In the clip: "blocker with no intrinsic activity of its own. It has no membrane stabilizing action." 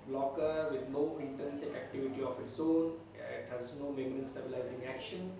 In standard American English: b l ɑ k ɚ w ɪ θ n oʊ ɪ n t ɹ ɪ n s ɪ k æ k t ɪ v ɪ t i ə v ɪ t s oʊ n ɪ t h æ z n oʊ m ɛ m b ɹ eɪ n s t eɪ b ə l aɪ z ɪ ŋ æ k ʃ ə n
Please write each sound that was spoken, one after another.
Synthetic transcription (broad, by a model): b l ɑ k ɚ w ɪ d n oʊ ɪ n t ʌ n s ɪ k æ k t ɪ v ɪ t i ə f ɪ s oʊ n ɪ t h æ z n oʊ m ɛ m ɹ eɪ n s t eɪ b ə l aɪ z ɪ ŋ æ k ʃ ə n